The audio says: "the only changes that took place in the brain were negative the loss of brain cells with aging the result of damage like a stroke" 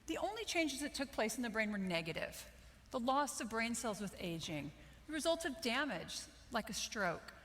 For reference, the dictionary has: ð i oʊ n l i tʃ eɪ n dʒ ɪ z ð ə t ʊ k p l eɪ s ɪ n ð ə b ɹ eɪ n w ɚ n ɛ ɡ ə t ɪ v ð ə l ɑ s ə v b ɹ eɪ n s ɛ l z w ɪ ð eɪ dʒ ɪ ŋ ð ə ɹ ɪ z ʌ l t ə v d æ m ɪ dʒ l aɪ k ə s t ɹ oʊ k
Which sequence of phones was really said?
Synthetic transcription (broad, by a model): ð i oʊ n l i tʃ eɪ n dʒ ɪ z ð ə t ʊ k p l eɪ s n ð ə b ɹ eɪ n w ɚ n ɛ ɡ ə t ɪ v ð ə l ɑ s ə v b ɹ eɪ n s ɛ l z w ɪ ð eɪ dʒ ɪ ŋ ð ə ɹ ɪ z ʌ l t ə v d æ m ɪ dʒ l aɪ k ə s t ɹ oʊ k